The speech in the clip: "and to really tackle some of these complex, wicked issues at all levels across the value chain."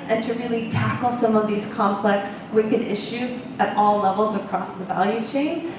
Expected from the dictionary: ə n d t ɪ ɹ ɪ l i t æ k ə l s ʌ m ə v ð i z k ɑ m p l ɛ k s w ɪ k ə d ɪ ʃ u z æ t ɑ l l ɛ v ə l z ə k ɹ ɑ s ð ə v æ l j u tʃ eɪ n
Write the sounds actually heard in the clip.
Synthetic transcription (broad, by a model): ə n t ɪ ɹ ɪ l i t æ k l s ʌ m ə v ð i z k ɑ m p l ɛ k s w ɪ k ə d ɪ ʃ u z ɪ t ɑ l l ɛ v l z ə k ɹ ɑ s ð ə v æ l j u tʃ eɪ n